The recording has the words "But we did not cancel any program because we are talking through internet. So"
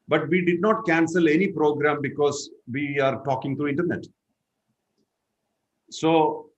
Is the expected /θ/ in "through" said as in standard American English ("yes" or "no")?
no